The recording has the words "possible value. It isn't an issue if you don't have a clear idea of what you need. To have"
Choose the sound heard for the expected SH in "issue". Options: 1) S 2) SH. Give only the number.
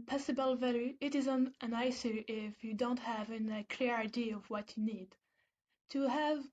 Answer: 1